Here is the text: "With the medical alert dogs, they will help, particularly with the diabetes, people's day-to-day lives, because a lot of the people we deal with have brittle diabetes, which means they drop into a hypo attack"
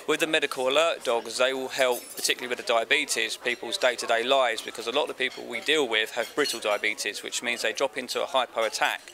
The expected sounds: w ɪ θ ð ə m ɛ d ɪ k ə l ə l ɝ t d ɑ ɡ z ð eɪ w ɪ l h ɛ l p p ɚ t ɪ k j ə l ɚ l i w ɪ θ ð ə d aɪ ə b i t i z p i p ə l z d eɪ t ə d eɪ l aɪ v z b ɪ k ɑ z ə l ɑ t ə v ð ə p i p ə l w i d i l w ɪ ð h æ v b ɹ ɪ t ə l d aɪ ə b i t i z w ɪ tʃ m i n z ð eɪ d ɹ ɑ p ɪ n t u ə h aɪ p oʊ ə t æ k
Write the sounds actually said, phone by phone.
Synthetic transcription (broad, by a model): w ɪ ð ə m ɛ d ɪ k ə l ə l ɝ t d ɑ ɡ z ð eɪ w ɪ l h ɛ l p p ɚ t ɪ k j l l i w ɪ ð ə d aɪ ə b i t i z p i p ə l z d eɪ t ə d eɪ l aɪ z b ɪ k ɑ z ə l ɑ t ə v p i p ə l w i d i l w ɪ ð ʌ v b ɹ ɪ t ə l d aɪ ə b i t i z w ɪ tʃ m i n z ð eɪ d ɹ ɑ p ɪ n t u ə h aɪ p oʊ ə t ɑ k